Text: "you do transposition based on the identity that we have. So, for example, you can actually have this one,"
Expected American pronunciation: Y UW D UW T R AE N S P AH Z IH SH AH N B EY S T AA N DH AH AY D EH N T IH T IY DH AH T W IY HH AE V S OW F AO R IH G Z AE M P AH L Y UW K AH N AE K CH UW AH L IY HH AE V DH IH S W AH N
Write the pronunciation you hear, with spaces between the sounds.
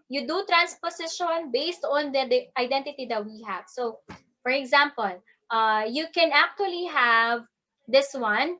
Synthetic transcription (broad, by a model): Y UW D UW T R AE N S P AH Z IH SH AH N B EY S T AA N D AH AY D EH N T IH T IY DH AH T W IY HH AE V S OW F AO R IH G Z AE M P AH L Y UW K AH N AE K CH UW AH L IY HH AE V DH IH S W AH N